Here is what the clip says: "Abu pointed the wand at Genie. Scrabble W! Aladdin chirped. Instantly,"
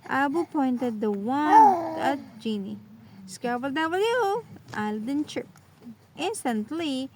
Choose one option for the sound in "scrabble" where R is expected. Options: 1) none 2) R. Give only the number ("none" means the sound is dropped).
1